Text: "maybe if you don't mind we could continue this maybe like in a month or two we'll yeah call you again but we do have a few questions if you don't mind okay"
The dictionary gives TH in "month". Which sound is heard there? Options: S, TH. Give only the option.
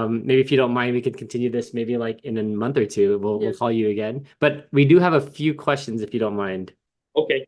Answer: TH